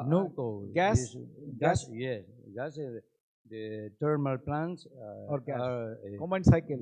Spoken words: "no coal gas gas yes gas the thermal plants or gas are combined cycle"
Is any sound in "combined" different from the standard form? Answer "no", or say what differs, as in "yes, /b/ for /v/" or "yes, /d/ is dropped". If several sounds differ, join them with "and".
yes, /b/ is dropped